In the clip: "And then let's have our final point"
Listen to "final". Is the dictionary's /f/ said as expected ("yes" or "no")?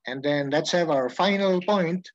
yes